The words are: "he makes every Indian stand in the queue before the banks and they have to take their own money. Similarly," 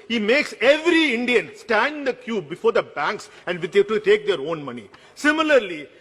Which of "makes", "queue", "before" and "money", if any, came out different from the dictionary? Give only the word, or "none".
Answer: none